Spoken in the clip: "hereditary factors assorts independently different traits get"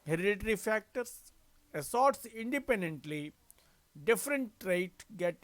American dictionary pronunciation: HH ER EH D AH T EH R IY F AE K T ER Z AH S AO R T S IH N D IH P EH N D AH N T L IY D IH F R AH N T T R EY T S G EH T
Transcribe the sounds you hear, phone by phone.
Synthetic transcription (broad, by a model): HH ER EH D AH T R IY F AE K T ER S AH S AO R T S IH N D IH P EH N D AH N T L IY D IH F R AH N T T R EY T G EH T